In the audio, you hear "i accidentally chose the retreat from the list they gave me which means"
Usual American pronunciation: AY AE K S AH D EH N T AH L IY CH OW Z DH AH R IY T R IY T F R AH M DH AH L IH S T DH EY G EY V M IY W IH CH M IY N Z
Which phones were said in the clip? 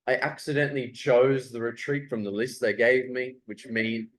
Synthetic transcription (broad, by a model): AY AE K S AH D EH N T L IY CH OW Z DH AH R IY T R IY T F R AH M DH AH L IH S T DH EY G EY V M IY W IH CH M IY N